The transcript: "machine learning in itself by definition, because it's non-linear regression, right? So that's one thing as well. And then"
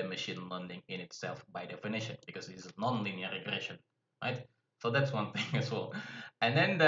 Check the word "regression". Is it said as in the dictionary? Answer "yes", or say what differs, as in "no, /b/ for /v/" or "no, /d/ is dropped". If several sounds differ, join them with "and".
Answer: yes